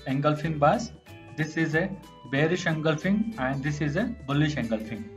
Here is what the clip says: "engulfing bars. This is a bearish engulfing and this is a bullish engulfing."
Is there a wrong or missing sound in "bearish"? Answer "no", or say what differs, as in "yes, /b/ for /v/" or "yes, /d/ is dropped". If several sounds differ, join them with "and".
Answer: no